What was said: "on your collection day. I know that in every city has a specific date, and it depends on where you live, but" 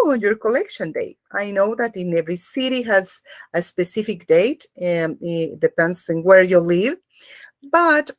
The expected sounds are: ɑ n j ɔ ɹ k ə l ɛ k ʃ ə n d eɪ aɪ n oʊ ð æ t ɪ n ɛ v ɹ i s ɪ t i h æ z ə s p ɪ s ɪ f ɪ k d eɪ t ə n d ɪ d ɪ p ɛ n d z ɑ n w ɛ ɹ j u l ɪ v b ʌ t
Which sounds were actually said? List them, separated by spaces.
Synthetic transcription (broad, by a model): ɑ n j ɔ ɹ k ə l ɛ k ʃ ə n d eɪ aɪ n oʊ ð æ t ɪ n ɛ v ɹ i s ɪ t i h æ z ə s p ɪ s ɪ f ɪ k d eɪ ə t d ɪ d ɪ p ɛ n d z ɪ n w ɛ ɹ j u l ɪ v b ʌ t